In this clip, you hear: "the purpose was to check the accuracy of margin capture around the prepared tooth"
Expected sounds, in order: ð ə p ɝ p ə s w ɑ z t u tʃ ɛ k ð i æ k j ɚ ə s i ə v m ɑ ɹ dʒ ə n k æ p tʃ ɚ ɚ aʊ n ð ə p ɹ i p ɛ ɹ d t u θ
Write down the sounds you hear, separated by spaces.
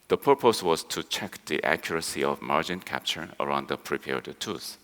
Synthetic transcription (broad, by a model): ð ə p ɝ p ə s w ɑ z t u tʃ ɛ k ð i æ k j ɚ ə s i ə v m ɑ ɹ dʒ ə n k æ p tʃ ɚ ɚ aʊ n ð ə p ɹ i p ɛ ɹ d t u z